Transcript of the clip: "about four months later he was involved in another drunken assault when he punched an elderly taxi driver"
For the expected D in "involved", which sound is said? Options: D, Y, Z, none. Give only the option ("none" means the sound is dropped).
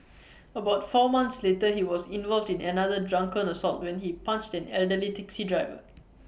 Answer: D